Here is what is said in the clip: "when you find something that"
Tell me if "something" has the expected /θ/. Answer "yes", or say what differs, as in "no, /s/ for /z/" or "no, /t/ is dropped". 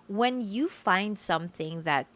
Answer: yes